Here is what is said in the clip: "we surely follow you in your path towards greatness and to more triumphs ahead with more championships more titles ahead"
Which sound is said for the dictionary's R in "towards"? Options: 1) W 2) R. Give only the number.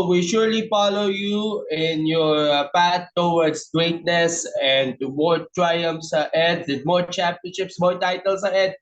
1